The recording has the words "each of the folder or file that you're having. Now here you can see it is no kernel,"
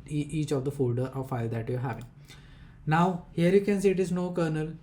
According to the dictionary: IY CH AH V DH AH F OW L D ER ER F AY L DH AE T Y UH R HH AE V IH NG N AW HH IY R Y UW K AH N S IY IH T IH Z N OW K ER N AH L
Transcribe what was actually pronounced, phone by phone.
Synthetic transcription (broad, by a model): IY CH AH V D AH F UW D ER F AY L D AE T Y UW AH HH AE V IH NG N AW HH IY R Y UW K AH N S IY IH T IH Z N OW K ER N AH L